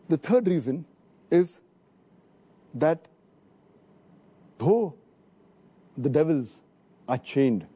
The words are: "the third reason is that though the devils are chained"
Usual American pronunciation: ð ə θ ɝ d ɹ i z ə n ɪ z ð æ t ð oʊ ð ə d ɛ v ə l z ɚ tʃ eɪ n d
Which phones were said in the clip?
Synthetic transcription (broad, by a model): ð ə t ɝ d ɹ i z ə n ɪ z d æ t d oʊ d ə d ɛ v ə l z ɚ tʃ eɪ n d